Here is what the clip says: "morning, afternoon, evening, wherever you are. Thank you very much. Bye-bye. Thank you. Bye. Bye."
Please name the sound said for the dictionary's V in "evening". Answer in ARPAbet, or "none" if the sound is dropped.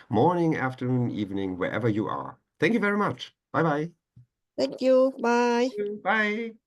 V